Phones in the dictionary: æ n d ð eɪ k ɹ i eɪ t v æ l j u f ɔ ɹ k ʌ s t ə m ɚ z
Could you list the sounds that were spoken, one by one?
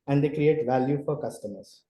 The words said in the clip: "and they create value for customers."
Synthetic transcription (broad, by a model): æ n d eɪ k ɹ i eɪ t v æ l j u f ɔ ɹ k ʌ s t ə m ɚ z